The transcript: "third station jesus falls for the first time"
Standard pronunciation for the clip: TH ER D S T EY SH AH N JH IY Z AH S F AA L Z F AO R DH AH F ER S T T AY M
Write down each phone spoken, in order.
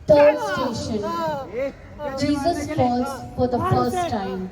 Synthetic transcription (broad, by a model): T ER D S T EY SH AH N JH IY Z AH S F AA Z F AO R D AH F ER S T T AY M